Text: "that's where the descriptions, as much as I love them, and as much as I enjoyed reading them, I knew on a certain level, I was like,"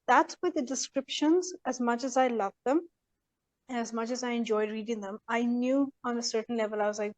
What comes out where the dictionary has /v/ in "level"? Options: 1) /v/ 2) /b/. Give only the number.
1